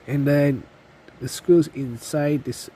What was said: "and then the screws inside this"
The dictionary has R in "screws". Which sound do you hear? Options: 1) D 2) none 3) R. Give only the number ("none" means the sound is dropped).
2